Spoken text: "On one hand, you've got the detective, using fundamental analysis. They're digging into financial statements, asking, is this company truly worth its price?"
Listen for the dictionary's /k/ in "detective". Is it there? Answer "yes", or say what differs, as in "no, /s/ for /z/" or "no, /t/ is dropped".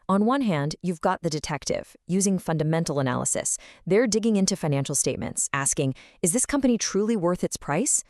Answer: yes